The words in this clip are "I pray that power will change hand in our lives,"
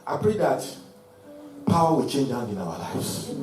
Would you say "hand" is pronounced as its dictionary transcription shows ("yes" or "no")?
no